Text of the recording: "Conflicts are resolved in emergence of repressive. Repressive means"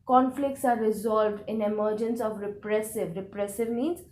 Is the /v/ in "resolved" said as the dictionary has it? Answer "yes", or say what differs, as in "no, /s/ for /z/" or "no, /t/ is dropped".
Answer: yes